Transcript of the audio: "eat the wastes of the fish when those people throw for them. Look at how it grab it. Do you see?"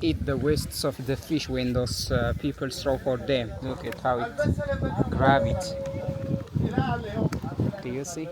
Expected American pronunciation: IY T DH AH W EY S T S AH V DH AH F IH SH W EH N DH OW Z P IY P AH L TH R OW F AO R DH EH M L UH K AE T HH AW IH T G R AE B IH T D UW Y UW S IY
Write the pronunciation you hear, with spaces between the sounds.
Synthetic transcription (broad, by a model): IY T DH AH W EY S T S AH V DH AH F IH SH W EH N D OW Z P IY P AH L T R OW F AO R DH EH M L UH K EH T HH AW IH T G R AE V IH T D UW Y UW S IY